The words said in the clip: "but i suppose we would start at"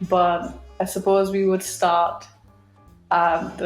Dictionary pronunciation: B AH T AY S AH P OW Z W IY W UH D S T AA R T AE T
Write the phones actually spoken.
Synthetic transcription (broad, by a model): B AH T AY S AH P OW Z W IY W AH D S T AA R T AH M